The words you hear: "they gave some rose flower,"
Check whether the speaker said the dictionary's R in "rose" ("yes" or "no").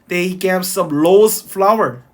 no